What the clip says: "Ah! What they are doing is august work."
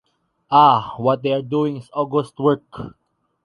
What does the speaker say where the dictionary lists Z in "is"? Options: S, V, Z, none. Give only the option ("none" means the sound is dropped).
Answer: S